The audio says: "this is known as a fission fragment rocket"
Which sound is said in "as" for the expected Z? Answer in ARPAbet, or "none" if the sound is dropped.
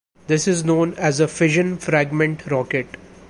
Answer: Z